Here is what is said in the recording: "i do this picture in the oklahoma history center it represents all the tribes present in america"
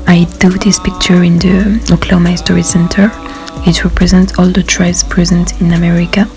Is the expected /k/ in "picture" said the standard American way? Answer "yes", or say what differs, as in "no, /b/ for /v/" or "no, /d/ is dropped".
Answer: yes